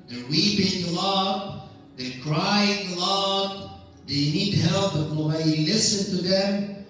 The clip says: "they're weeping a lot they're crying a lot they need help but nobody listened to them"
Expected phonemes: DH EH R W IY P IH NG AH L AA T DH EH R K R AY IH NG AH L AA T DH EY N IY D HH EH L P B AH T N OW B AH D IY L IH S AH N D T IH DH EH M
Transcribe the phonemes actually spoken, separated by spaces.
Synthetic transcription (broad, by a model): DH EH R W IY P IH NG AH L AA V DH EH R K R AY IH NG AH L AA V DH EY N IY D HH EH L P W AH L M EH AH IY L IH S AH N T IH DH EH M